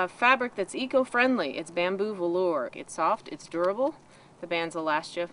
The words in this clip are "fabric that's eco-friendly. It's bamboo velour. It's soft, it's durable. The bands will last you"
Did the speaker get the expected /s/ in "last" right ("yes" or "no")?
yes